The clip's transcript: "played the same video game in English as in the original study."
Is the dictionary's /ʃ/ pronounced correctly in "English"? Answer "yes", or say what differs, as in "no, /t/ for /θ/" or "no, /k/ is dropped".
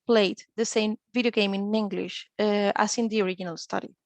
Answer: yes